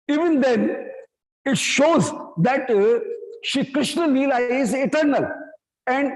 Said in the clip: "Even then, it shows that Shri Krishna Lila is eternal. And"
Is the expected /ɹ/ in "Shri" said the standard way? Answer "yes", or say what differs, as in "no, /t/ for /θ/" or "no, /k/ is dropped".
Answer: no, /ɹ/ is dropped